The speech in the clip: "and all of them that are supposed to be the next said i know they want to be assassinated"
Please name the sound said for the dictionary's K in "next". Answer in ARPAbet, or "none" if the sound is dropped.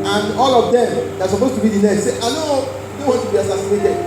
none